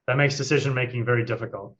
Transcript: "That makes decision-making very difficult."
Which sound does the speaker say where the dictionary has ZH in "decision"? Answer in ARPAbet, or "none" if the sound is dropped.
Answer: ZH